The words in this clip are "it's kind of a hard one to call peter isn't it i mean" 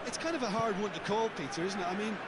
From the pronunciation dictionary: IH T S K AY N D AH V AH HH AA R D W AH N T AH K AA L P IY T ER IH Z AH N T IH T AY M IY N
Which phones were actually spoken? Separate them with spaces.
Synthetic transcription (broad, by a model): IH T S K AY N D AH V AH HH AA R D W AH N T AH K AA L P IY T ER IH Z N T IH T AY M IY N